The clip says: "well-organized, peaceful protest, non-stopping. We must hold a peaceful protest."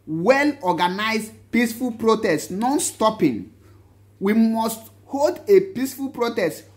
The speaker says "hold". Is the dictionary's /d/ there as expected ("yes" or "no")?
yes